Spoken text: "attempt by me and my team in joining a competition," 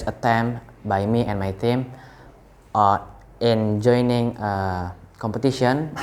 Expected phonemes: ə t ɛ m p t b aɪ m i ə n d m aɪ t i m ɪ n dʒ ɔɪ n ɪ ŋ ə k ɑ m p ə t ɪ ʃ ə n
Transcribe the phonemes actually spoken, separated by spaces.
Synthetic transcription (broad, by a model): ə t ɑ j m b aɪ m i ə n m aɪ t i m ɪ n dʒ ɔɪ n ɪ ŋ ə k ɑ m p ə t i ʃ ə n